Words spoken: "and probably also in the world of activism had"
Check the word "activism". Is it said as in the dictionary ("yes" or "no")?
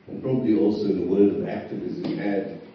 yes